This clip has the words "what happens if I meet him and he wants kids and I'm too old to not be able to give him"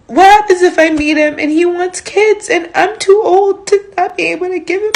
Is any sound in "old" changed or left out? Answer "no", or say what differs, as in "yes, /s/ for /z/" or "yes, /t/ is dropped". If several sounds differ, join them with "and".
no